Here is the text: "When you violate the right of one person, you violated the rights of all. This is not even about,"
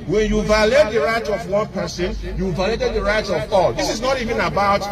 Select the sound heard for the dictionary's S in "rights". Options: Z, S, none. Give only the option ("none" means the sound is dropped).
none